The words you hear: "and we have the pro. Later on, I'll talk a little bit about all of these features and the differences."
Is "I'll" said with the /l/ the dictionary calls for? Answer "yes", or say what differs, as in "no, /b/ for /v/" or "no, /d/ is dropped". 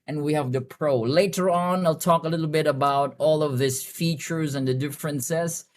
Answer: yes